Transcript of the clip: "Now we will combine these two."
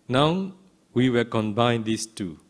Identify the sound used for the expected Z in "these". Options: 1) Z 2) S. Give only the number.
2